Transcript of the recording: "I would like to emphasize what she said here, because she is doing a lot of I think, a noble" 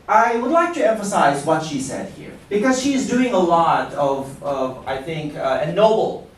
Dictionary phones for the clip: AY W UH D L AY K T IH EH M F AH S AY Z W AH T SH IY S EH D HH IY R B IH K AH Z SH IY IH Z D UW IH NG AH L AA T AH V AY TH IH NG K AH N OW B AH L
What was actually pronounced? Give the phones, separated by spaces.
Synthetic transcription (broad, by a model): AY W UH D L AY K T IH EH M F AH S AY Z W AH T SH IY S EH D HH IY R B IH K AH Z SH IY IH Z D UW IH NG AH L AA T AH V AY TH IH NG K AH N OW B L